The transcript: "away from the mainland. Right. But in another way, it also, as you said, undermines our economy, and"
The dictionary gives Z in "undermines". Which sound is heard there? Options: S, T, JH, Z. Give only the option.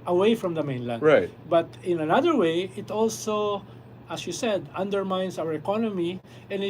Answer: S